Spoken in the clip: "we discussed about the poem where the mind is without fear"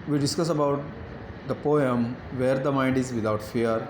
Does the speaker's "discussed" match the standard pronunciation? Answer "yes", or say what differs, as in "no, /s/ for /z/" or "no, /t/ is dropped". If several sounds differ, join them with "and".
no, /t/ is dropped